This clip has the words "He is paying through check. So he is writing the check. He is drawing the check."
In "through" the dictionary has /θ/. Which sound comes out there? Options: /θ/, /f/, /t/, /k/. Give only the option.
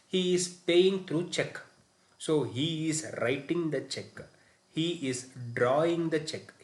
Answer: /t/